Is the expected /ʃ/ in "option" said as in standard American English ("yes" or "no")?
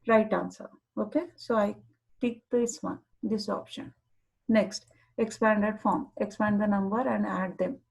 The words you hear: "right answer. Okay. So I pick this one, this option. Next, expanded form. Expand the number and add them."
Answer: yes